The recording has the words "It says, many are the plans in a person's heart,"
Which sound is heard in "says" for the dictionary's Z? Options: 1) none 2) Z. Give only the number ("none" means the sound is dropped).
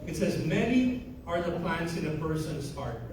2